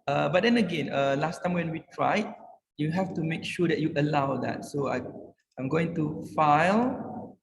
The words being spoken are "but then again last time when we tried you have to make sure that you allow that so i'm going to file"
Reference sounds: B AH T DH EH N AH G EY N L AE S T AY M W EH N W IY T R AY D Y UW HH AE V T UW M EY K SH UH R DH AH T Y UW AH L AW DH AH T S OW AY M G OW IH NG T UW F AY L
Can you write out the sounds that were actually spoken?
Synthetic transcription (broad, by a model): B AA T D EH N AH G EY N L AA S T AY M W EH N W IY T R AY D Y UW HH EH F T UW M EY K SH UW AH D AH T Y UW AH L AW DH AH T S OW AY M G OW IH NG T UW F AY L